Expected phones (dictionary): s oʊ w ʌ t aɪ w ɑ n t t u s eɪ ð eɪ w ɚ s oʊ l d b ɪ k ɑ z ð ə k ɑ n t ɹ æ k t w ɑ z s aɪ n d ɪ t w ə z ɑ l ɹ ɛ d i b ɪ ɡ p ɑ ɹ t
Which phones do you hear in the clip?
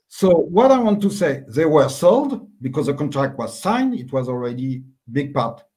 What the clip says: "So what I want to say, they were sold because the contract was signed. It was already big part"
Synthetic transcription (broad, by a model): s oʊ w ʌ t aɪ w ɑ n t t u s eɪ ð eɪ w ɚ s oʊ l d b ɪ k ɑ z ð ə k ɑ n t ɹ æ k t w ɑ z s aɪ n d ɪ t w ə z ɑ l ɹ ɛ d i b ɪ ɡ p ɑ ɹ t